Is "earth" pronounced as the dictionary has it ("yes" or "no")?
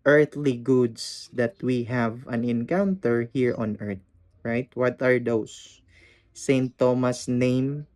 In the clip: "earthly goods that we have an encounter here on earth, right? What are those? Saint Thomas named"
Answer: no